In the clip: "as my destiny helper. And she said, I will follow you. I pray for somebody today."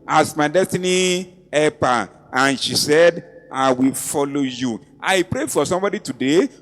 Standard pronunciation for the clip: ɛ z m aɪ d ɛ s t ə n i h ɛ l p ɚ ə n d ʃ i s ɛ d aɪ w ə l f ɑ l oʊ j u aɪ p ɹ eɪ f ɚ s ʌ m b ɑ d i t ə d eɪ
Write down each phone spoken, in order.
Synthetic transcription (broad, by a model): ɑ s m aɪ d ɛ s t ə n i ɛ p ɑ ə n ʃ i s ɛ d aɪ w ə l f ɑ l oʊ j u aɪ p ɹ eɪ f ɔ s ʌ m b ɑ d i t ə d eɪ